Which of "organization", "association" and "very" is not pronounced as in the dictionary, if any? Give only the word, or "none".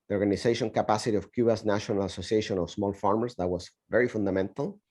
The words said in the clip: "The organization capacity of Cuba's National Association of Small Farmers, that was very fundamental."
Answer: organization